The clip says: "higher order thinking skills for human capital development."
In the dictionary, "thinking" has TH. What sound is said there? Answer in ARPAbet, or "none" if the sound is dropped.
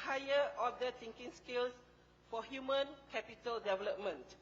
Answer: T